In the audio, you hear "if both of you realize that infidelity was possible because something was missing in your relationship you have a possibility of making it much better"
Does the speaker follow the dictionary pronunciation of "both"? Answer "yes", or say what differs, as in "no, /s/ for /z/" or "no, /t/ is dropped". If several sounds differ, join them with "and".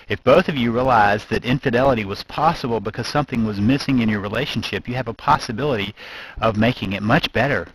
yes